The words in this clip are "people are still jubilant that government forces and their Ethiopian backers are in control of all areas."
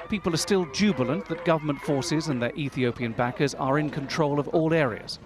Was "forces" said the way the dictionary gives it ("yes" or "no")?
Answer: yes